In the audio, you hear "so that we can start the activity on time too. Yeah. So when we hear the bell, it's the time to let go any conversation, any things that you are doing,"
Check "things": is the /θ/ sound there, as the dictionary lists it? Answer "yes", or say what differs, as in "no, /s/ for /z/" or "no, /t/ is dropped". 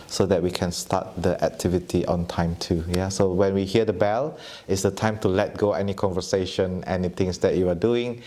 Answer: no, /t/ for /θ/